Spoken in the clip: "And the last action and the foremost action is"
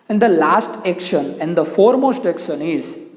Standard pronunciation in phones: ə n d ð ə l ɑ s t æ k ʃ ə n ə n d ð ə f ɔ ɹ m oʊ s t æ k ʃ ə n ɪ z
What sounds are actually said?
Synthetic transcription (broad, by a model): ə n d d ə l ɑ s t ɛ k ʃ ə n ə n d ə f ɔ ɹ m oʊ s t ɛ k ʃ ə n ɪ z